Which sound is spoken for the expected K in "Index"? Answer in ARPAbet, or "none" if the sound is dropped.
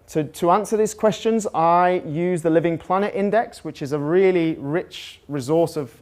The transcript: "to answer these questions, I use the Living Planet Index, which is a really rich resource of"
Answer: K